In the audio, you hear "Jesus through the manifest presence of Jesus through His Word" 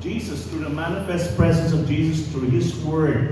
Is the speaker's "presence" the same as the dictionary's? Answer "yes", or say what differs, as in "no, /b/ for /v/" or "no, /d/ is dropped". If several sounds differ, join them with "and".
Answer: yes